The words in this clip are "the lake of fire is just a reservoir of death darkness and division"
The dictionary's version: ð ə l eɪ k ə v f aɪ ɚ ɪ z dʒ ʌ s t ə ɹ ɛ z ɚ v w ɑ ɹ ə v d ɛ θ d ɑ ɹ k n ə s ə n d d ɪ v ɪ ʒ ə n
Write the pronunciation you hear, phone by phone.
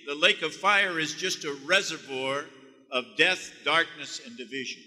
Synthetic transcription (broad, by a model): ð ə l eɪ k ə v f aɪ ɚ ɪ z dʒ ʌ s t ə ɹ ɛ z ɚ v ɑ ɹ ə v d ɛ θ d ɑ ɹ k n ə s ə n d d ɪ v ɪ ʒ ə n